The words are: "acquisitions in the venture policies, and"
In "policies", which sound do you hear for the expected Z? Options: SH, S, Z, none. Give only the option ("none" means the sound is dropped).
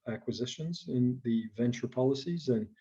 Z